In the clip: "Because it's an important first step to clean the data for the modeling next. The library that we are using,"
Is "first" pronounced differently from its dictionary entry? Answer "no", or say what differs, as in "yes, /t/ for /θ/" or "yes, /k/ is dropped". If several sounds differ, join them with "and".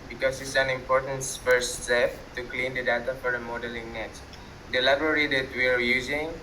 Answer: yes, /s/ is dropped